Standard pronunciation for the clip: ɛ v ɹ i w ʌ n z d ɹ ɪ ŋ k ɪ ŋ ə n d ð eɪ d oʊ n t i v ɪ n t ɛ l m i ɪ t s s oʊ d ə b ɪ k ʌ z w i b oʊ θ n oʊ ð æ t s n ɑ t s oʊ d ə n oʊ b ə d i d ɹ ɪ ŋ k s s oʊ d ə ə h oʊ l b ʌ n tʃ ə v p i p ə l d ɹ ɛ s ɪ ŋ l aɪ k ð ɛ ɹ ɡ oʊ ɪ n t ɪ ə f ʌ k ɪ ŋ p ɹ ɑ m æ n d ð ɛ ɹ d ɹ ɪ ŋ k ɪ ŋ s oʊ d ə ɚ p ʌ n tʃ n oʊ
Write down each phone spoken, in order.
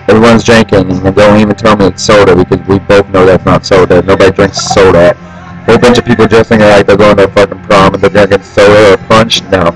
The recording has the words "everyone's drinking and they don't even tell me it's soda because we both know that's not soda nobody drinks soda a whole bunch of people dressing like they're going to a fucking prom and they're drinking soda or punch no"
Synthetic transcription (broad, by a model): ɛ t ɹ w ʌ n z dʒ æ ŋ k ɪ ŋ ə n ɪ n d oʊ n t i v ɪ n t ɛ l m i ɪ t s s oʊ d ə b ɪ k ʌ z w i b oʊ θ n oʊ ð æ t s n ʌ t s oʊ d ə n oʊ b ə d i d ɹ ɪ ŋ k s s oʊ d ə ə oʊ b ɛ n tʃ ə v p i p l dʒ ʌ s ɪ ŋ l aɪ k ð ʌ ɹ ɡ oʊ ɪ n t ɪ ə f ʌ k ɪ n p ɹ ɑ m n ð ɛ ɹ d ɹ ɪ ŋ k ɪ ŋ s oʊ d ə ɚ p ʌ n tʃ n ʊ